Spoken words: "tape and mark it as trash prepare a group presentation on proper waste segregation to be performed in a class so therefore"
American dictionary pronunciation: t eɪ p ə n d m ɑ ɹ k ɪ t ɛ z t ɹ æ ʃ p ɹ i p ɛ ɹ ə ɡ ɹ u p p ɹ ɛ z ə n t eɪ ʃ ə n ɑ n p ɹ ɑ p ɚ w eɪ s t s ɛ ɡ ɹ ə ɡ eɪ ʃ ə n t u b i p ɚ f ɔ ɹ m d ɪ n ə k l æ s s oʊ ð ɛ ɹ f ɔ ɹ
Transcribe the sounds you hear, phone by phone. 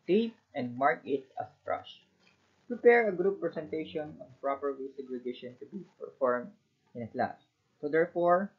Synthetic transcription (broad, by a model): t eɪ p ə n d m ɑ ɹ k ɪ t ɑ s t ɹ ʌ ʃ p ɹ i p ɛ ɹ ə ɡ ɹ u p p ɹ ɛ s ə n t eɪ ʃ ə n ɑ n p ɹ ɑ p ɚ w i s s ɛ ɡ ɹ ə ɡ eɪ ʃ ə n t u b i p ɚ f ɔ ɹ m d ɪ n ə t l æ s s oʊ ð ɛ ɹ f ɔ ɹ